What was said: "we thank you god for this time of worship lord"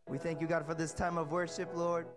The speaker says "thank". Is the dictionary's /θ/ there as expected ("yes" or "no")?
yes